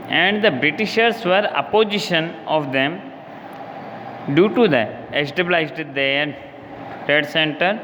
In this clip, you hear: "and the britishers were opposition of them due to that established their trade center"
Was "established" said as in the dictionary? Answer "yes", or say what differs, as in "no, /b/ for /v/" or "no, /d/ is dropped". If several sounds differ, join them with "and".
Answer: no, /s/ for /ʃ/